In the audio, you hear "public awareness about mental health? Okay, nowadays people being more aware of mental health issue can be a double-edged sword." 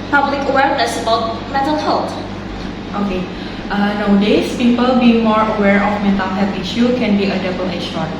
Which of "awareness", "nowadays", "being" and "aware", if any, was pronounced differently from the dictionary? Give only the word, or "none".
nowadays